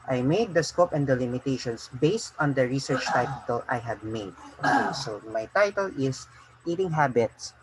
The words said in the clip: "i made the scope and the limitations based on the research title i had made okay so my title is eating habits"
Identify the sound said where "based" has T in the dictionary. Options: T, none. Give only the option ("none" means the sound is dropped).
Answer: T